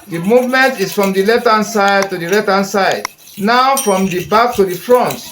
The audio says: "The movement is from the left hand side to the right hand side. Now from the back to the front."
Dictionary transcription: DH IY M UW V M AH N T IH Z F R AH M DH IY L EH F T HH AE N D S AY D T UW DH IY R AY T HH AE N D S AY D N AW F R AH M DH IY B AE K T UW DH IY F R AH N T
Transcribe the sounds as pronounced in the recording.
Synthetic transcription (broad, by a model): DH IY M UW V M AH N T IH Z F R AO M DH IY L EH T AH N S AY D T UW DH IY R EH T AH N S AY D N AW F R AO M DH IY B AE K T UW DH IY F R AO N T